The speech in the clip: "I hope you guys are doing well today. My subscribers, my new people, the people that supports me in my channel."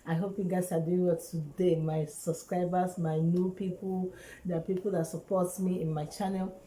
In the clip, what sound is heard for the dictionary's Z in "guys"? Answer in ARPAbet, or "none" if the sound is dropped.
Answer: S